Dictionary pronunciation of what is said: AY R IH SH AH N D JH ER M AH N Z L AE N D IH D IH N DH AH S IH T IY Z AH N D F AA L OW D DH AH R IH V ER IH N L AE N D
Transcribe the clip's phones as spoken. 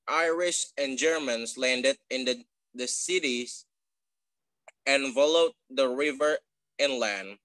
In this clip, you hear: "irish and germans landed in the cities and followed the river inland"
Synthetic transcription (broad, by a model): AY R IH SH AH N JH ER M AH N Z L AE N D IH D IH N DH AH S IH T IY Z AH N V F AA L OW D DH AH R IH V ER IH N L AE N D